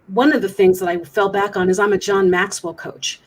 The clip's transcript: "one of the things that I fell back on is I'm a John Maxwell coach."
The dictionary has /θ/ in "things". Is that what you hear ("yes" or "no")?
yes